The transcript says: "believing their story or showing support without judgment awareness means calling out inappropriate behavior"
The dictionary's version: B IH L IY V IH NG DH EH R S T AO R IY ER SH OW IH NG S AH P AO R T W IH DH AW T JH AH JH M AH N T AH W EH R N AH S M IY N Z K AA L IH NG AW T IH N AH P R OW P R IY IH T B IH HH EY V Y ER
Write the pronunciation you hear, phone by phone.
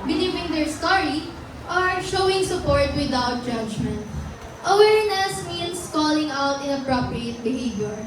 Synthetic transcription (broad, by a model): B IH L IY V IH NG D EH R S T AO R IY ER SH OW IH NG S AH P AO R T W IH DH AW T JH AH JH M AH N T AH W EH R N AH S M IY N S K AA L IH NG AW T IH N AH P R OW P R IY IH T B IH HH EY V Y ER